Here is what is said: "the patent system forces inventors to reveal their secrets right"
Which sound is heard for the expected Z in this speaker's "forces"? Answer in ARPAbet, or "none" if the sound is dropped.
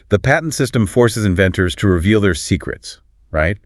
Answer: Z